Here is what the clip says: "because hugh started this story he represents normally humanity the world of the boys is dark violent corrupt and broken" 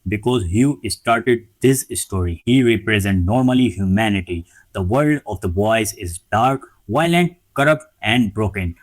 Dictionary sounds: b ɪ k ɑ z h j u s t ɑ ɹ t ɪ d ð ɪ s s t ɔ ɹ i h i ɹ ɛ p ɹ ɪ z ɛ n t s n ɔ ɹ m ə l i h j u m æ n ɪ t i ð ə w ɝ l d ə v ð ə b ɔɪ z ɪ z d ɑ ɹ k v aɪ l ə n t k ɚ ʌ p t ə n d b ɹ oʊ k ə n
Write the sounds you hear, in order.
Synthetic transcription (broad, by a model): b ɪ k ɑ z h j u s t ɑ ɹ t ɪ d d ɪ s s t ɔ ɹ i h i ɹ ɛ p ɹ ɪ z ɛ n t n ɔ ɹ m ə l i h j u m æ n ɪ t i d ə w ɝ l d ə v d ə b ɔɪ z ɪ z d ɑ ɹ k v aɪ l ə n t k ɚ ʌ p t ə n d b ɹ oʊ k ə n